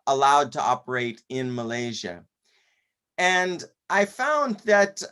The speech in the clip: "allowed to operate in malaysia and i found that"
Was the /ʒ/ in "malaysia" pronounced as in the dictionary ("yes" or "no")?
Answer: yes